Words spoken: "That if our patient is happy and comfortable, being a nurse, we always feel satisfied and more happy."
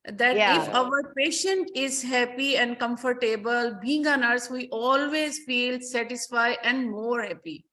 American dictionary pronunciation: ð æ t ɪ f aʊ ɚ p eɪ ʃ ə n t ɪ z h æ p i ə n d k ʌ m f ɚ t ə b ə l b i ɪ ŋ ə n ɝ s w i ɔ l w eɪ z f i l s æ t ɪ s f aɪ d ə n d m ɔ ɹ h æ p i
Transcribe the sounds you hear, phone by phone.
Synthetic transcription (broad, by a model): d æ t ɪ f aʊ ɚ p eɪ ʃ ə n t ɪ z h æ p i ə n d k ʌ m f ɚ t ə b ə l b i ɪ ŋ ə n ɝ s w i ɔ l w eɪ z f i l s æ t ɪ s f aɪ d ə n d m ɔ ɹ h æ p i